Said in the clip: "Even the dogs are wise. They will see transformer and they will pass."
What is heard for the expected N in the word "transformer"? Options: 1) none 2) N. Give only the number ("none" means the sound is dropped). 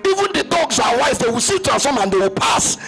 1